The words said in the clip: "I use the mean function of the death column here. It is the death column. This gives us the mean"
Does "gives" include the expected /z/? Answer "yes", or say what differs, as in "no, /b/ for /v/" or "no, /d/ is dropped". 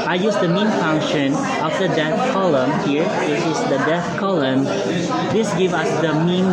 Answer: no, /z/ is dropped